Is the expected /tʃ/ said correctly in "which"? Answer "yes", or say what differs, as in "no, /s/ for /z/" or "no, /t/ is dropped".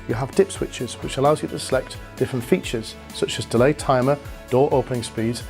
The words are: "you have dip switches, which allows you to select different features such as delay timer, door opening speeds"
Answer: yes